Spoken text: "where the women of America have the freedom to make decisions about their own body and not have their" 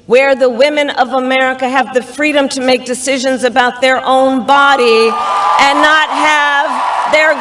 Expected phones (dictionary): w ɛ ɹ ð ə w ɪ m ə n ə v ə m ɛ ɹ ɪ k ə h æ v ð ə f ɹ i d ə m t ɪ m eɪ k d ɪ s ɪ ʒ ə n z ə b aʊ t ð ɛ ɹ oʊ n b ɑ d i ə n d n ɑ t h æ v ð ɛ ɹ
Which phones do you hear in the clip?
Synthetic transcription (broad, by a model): w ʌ ɹ ð ə w ɪ m ə n ə v ə m ɛ ɹ ɪ k ə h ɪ v ð ə f ɹ i d ə m t ɪ m eɪ k d ɪ s ɪ ʒ ə n z ə b aʊ t ð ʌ ɹ oʊ n b ɑ d i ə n n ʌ t h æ v ð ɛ ɹ